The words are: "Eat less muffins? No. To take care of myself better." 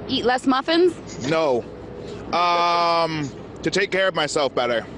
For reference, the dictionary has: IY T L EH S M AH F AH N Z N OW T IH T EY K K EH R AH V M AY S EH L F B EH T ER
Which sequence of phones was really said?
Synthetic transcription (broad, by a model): IY T L EH S M AH F AH N Z N OW T IH T EY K K EH R AH V M AY S EH L F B EH T ER